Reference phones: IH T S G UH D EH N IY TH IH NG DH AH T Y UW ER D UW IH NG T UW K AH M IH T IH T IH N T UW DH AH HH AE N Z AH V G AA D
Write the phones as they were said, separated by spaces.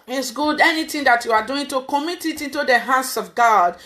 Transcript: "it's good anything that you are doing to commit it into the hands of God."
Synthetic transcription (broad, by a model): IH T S G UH D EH N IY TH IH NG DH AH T Y UW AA D UW IH NG T UW K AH M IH T IH T IH N T UW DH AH HH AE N S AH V G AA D